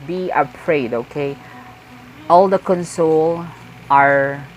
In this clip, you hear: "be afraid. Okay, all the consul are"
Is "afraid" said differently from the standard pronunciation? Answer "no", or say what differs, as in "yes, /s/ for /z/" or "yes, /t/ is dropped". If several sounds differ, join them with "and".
yes, /p/ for /f/